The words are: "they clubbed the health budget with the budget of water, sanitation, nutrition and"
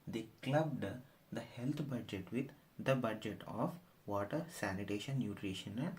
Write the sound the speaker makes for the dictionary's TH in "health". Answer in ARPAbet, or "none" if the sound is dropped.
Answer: T